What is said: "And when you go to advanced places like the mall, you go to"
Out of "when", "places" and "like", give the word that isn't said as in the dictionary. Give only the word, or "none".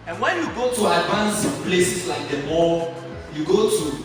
places